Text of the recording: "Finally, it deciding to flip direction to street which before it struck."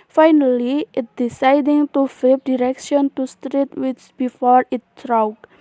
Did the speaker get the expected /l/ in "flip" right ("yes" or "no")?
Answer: no